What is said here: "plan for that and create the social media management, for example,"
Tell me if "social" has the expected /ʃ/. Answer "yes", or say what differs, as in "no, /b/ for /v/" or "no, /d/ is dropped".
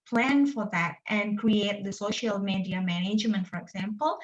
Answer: yes